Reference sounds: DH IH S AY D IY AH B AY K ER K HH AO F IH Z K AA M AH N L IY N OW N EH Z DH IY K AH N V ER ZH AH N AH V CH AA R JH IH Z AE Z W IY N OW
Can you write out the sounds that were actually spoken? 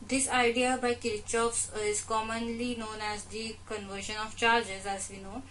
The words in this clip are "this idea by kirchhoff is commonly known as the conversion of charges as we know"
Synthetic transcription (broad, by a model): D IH S AY D IY AH B AY K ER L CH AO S IH Z K AA M AH N L IY N OW N EH Z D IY K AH N V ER SH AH N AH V CH AA R JH IH Z AE Z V IY N OW